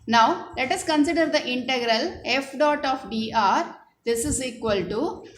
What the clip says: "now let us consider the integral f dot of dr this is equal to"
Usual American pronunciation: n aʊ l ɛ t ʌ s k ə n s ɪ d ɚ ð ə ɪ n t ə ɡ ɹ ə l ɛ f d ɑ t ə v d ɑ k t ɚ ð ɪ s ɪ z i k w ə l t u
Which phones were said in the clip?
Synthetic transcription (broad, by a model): n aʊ l ɛ t ʌ s k ə n s ɪ d ɚ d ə ɪ n t ə ɡ ɹ ə l ɛ f d ɑ t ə f d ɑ t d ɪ s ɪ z i k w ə l t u